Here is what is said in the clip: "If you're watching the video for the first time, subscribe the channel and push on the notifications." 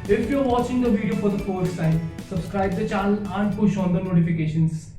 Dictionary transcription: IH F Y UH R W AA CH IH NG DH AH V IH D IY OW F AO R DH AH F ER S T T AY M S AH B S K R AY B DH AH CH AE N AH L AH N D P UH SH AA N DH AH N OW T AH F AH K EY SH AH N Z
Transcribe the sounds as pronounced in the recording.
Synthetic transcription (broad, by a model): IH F Y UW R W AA CH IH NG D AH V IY D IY OW F AO R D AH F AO T S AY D S AH B S K R AY B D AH CH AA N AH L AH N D P UH SH AA N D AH N OW T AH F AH K EY SH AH N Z